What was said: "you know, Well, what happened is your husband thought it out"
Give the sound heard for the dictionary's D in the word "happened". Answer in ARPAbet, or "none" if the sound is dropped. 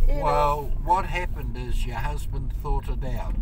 D